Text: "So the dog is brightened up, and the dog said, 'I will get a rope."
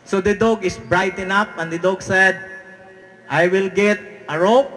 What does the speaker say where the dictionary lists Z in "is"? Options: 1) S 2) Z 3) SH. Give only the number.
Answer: 1